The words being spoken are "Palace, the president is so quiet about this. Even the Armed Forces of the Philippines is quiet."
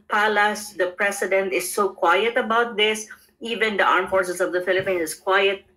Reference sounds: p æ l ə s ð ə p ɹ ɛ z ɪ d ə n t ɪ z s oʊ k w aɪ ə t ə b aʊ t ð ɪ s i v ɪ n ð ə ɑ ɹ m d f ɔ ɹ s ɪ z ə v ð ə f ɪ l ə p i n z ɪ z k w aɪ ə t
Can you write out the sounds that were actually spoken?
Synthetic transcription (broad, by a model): p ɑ l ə s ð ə p ɹ ɛ s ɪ d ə n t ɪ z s oʊ k w aɪ ə t ə b aʊ t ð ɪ s i v ɪ n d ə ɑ ɹ m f ɔ ɹ s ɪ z ə v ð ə f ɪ l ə p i n ɪ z k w aɪ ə t